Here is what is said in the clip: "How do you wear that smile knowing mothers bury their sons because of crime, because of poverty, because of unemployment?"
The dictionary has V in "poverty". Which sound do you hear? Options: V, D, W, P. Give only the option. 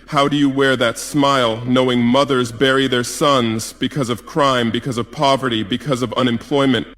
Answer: V